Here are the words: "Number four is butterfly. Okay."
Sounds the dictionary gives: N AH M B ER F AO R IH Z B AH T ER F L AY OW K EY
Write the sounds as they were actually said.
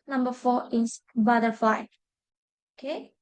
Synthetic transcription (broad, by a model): N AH M B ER F AO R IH S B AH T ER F AY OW K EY